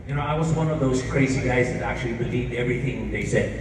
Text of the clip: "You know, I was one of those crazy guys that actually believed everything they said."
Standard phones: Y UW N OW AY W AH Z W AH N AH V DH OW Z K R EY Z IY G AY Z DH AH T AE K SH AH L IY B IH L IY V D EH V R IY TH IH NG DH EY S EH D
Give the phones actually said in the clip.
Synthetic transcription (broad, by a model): Y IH N OW AY W AH Z W AH N AH V DH OW Z K R EY Z IY G AY Z DH AH T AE K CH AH L IY B IH L IY V D EH V R IY TH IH NG DH EY S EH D